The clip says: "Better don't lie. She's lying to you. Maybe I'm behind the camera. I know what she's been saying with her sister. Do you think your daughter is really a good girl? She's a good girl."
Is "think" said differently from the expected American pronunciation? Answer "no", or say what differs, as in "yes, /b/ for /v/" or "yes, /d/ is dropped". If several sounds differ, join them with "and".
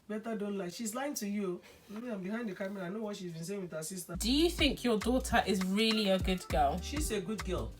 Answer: no